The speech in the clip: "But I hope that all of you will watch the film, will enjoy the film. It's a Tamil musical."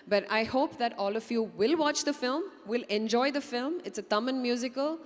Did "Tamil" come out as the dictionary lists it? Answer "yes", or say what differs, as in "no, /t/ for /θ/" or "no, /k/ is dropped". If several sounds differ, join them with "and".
no, /n/ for /l/